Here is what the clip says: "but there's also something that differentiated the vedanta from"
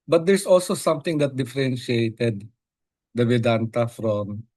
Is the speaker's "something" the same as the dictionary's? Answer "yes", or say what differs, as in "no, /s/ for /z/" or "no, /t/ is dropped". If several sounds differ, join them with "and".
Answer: no, /t/ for /θ/